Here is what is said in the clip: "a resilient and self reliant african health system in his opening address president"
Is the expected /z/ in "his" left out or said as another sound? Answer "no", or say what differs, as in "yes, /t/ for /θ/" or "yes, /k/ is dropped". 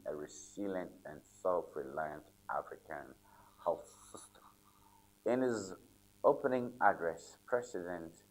no